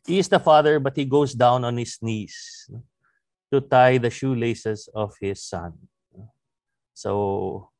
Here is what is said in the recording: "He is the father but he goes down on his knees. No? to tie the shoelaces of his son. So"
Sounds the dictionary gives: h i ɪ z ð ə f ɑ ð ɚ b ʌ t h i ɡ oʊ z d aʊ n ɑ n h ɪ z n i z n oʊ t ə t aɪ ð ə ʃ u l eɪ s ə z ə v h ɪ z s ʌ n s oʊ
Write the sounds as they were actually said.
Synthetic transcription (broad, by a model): h i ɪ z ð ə f ɑ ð ɚ b ʌ t h i ɡ oʊ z d aʊ n ɑ n h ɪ s n i s n oʊ t ə t aɪ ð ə ʃ u l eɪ s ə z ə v h ɪ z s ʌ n s oʊ